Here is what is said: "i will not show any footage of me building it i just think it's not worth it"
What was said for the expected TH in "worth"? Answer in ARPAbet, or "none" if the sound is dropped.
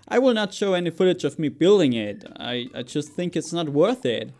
TH